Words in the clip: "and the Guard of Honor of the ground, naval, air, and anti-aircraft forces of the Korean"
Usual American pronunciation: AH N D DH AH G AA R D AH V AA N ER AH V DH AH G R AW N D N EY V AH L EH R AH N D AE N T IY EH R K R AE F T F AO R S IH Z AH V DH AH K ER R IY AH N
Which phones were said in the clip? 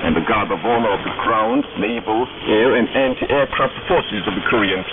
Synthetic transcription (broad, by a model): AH N DH AH G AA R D AH V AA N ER AH V DH AH G R AW N D N EY V AH L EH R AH N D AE N T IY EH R K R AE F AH F AO R S IH Z AH V DH AH K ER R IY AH N